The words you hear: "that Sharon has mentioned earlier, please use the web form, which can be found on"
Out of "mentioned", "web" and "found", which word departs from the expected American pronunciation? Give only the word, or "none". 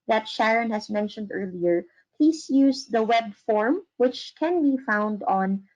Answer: none